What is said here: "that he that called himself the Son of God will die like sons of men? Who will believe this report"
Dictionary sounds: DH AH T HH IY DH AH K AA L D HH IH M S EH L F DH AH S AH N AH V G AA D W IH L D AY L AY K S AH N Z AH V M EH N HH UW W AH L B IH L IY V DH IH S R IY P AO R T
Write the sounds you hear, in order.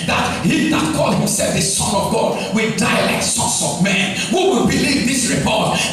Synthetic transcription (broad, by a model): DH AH T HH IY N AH K AA L D HH IH M S EH L F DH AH S AH N AH V G AA D W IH D AY L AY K S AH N S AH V M EH N HH UW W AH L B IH L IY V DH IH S R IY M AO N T